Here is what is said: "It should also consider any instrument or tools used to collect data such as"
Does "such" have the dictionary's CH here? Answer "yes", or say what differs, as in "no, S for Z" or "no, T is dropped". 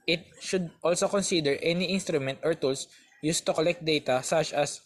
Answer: yes